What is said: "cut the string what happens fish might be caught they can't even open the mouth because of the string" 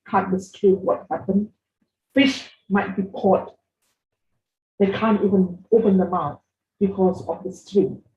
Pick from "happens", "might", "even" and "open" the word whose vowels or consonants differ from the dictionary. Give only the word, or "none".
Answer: happens